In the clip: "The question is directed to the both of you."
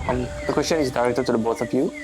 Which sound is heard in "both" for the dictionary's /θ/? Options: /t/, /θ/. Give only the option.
/t/